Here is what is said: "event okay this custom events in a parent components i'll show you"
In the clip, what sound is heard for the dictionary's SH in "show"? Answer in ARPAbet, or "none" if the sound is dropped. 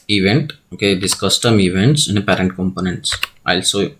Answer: S